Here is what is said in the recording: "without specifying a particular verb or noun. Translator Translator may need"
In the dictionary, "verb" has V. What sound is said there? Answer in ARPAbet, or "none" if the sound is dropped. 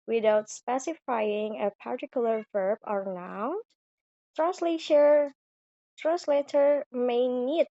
V